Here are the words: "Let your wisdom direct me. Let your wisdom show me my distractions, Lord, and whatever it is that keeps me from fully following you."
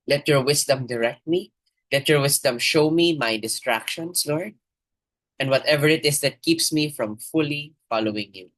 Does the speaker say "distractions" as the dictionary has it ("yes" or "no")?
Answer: no